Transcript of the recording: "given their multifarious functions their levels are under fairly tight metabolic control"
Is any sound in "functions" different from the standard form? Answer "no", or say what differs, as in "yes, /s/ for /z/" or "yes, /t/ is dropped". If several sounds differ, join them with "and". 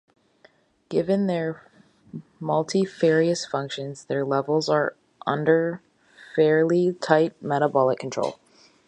no